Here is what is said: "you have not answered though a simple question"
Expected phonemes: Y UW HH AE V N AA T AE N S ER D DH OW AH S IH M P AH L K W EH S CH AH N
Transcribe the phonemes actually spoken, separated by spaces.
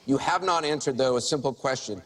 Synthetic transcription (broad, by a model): Y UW HH AE V N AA T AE N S ER D DH OW AH S IH M P L K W EH S CH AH N